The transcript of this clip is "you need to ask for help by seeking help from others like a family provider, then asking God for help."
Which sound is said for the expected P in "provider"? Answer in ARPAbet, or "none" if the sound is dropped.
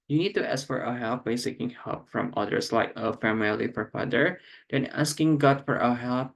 F